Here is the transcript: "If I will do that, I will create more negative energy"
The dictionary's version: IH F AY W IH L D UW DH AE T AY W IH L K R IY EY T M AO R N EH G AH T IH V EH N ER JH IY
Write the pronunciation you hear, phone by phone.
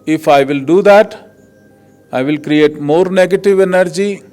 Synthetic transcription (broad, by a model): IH F AY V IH L D UW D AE T AY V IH L K R IY EY T M AO R N EH G AH T IH V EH N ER JH IY